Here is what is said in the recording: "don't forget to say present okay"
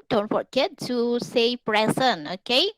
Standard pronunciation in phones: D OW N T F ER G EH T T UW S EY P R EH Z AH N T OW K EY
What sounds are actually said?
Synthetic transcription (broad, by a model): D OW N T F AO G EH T T UW S EY P R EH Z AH N OW K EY